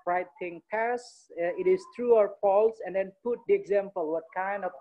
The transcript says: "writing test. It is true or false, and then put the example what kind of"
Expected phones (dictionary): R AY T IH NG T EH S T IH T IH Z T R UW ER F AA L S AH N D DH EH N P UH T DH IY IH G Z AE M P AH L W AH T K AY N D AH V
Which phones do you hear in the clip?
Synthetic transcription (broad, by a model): R AY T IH NG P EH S IH T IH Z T R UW ER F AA L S AH N D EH N P UH T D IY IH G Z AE M P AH L W AH T K AY N D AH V